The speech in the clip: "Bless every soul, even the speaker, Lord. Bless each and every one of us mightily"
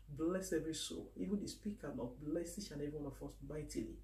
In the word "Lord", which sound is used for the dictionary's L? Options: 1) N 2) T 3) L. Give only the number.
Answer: 1